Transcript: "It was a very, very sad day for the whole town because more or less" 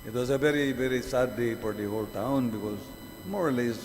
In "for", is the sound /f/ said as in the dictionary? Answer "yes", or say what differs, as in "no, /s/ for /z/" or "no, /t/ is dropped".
no, /p/ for /f/